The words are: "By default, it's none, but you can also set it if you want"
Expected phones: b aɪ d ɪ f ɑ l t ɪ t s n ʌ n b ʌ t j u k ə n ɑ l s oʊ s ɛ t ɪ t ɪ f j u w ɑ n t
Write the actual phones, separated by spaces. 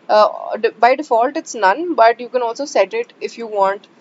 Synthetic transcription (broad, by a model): b aɪ d ɪ f ɑ l t ɪ t s n ʌ n b ʌ t j u k ə n ɑ l s oʊ s ɛ t ɪ t ɪ f j u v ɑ n t